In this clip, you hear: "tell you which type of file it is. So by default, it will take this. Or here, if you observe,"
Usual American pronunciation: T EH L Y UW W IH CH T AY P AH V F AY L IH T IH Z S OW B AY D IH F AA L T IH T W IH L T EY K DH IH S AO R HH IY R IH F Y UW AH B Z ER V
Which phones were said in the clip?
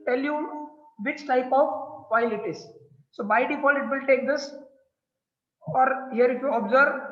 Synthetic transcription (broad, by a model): T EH L Y UW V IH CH T AY P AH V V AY L IH T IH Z S OW B AY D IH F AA L IH T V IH L T EY K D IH S AO R HH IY R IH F Y UW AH B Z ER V